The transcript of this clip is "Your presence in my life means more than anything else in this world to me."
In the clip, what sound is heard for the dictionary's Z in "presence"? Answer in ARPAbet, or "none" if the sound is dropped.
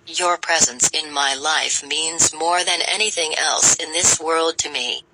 Z